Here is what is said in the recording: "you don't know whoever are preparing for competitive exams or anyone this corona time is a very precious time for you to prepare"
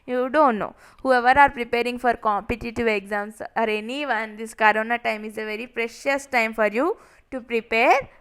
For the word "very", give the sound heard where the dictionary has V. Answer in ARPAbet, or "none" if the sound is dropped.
V